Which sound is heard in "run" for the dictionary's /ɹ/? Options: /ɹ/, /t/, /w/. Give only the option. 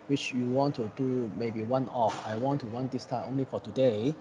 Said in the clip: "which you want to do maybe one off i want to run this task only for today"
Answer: /w/